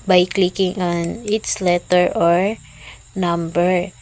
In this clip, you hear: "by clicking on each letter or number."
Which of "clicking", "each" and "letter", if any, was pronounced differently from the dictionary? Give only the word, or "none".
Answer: each